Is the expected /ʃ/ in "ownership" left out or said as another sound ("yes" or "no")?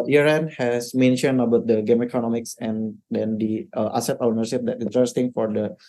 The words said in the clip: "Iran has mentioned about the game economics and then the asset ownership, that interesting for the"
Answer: yes